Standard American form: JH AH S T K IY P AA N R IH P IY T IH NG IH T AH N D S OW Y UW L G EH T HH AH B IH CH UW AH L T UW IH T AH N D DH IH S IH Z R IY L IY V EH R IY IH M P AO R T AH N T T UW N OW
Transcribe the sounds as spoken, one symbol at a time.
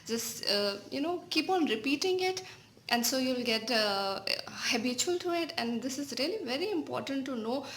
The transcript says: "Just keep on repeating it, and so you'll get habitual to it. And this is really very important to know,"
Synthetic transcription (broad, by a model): JH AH S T K IY P AA N R IH P IY T IH NG IH T AH N D S OW Y UW L G EH T HH AH B IH CH UW AH L T UW IH T AH N D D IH S IH Z R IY L IY V EH R IY IH M P AO R T AH N T T UW N OW